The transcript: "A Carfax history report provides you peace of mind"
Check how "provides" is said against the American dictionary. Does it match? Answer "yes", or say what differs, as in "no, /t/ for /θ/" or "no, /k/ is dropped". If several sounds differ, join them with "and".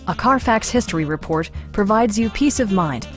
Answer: yes